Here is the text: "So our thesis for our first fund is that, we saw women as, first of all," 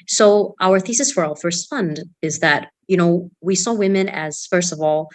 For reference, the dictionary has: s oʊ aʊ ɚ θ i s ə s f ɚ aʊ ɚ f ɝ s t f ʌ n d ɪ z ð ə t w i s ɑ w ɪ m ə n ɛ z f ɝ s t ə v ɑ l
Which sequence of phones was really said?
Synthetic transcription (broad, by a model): s oʊ aʊ ɚ θ i s ə s f ɚ aʊ ɚ f ɝ s t f ʌ n d ɪ z ð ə t w i s ɑ w ɪ m ə n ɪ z f ɝ s t ə v ɑ l